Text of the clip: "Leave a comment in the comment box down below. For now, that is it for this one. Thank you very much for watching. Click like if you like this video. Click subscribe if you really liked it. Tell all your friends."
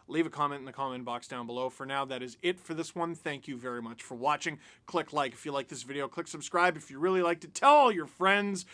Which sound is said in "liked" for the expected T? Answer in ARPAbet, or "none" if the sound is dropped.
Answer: T